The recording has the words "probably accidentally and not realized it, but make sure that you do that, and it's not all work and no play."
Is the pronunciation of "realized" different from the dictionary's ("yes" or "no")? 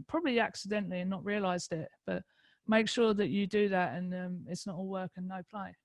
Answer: no